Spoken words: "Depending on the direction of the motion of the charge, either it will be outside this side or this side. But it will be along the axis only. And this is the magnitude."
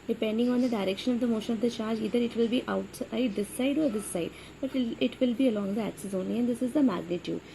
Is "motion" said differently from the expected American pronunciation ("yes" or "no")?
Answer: no